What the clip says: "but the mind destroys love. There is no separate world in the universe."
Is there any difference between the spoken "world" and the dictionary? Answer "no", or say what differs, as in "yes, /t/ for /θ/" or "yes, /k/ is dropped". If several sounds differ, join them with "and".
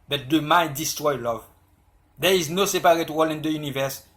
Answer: yes, /d/ is dropped